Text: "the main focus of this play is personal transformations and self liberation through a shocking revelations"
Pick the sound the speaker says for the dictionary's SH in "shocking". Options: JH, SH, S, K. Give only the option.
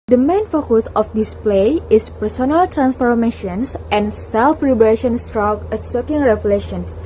S